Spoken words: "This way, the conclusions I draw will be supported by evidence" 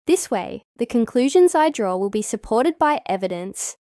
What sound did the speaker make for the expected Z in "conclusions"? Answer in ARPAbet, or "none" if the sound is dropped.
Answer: Z